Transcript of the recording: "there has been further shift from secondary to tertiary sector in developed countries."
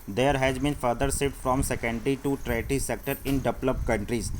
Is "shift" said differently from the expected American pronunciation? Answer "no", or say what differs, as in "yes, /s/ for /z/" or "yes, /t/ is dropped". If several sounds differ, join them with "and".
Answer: yes, /s/ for /ʃ/ and /f/ is dropped